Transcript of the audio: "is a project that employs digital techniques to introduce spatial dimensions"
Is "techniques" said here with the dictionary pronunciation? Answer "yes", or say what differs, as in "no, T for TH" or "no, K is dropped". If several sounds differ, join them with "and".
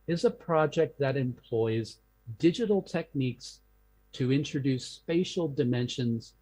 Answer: yes